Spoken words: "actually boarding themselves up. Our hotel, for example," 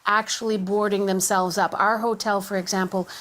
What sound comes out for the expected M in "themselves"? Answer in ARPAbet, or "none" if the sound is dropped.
M